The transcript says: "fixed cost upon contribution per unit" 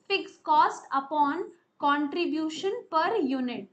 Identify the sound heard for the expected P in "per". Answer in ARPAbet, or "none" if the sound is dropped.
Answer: P